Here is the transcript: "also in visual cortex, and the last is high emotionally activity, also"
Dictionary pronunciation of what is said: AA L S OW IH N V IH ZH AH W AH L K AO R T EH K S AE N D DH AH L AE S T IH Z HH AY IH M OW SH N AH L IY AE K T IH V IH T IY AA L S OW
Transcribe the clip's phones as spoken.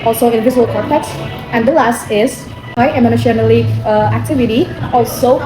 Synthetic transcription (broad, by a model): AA L S OW IH N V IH Z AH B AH L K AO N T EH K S AE N D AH L AE S T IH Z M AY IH M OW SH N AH L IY AE K T IH V IH T IY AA L S OW